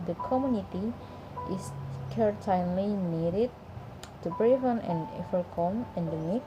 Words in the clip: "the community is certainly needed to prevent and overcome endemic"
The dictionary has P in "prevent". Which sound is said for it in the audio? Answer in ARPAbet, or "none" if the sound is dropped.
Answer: B